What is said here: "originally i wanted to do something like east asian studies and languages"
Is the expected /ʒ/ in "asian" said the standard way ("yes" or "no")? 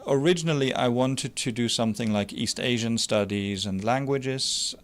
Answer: yes